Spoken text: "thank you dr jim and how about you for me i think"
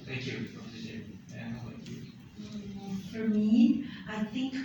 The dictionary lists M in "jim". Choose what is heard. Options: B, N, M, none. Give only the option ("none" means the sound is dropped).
none